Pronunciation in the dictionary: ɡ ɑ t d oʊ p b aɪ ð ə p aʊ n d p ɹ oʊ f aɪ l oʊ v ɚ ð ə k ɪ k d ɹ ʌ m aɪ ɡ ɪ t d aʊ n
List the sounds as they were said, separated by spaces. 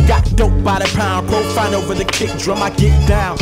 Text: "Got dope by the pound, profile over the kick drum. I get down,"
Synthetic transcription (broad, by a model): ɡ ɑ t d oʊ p b aɪ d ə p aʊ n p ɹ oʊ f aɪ n oʊ v ɚ ð ə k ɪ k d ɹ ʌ m aɪ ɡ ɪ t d aʊ n